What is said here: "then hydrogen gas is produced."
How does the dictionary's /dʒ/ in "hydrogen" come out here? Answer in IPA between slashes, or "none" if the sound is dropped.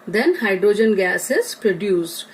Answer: /dʒ/